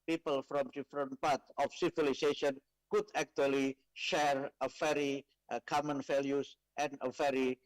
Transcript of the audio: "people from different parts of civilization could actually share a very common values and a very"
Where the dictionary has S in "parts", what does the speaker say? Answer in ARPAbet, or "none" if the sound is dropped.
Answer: none